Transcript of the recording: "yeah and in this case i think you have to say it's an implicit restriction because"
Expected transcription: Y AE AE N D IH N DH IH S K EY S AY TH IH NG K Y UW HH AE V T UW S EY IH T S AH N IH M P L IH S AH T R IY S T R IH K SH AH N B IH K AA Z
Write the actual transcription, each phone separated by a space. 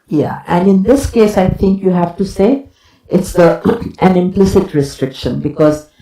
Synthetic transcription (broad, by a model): Y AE AE N D IH N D IH S K EY S AY T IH NG K Y UW HH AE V T UW S EY IH T S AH N IH M P L IH S AH T R IY S T R IH K SH AH N B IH K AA Z